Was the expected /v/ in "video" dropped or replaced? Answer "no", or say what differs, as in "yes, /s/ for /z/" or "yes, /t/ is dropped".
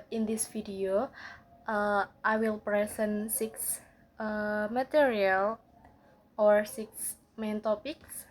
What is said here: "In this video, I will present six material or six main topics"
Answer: yes, /f/ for /v/